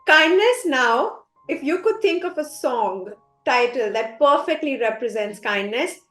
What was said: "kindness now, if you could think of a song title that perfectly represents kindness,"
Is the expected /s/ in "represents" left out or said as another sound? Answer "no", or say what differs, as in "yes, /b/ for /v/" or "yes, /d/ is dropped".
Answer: no